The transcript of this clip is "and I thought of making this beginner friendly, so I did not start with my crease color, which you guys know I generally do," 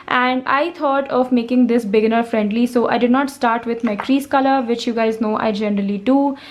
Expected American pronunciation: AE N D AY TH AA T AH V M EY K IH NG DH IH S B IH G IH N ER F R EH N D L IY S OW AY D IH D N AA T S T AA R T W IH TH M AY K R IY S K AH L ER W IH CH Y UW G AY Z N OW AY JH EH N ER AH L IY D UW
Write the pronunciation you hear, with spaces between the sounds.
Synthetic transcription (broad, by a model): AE N D AY T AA T AH V M EY K IH NG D IH S B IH G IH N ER F R EH N D L IY S OW AY D IH D N AA T S T AA R T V IH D M AY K R IY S K AH L ER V IH CH Y UW G AY Z N OW AY JH EH N ER AH L IY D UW